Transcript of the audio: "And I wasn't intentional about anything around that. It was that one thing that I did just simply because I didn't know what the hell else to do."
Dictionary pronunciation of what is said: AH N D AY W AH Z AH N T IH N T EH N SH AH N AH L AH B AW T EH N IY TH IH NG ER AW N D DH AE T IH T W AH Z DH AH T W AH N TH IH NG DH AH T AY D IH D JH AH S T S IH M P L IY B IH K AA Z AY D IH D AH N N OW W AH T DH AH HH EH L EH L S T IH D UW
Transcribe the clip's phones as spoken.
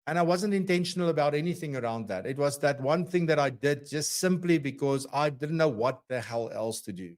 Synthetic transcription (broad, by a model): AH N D AY W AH Z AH N T IH N T EH N SH AH N AH L AH B AW T EH N IY TH IH NG ER AW N D DH AE T IH T W AH Z DH AH T W AH N TH IH NG DH AH T AY D IH D JH AH S T S IH M P L IY B IH K AA Z AY D IH D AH N N OW W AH T DH AH HH EH L EH L S T IH D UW